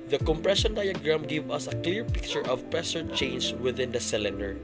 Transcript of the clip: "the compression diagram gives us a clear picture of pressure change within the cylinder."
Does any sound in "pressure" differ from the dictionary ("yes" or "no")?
yes